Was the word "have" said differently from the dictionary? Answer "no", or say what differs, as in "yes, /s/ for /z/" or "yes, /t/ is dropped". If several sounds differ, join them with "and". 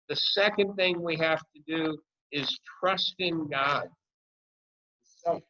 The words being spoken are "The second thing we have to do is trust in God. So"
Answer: yes, /f/ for /v/